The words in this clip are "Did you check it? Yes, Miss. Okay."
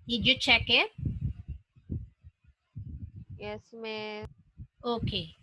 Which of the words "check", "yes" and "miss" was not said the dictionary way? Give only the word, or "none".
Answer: miss